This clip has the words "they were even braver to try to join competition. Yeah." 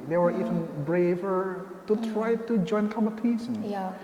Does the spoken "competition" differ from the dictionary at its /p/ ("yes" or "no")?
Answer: yes